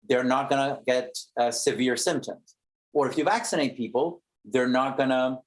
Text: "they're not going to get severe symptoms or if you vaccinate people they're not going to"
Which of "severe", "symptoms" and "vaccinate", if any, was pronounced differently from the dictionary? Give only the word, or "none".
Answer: none